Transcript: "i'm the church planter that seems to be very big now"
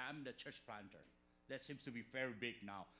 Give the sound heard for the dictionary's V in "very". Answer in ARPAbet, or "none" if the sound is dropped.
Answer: F